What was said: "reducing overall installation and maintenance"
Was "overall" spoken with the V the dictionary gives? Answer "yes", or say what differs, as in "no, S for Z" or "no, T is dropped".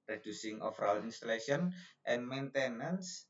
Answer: no, F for V